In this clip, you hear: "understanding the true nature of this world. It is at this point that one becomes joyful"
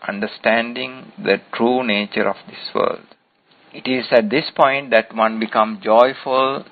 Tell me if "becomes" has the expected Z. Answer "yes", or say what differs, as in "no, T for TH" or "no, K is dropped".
no, Z is dropped